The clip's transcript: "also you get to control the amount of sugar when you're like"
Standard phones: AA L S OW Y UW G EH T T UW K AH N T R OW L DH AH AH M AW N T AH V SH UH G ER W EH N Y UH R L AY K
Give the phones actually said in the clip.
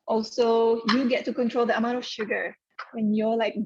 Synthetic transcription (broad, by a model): AA L S OW Y UW G EH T T UW K AH N T R OW L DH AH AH M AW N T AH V SH UH G ER W EH N Y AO L AY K